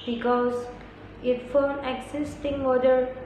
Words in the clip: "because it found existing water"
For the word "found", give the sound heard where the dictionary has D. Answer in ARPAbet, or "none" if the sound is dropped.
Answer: none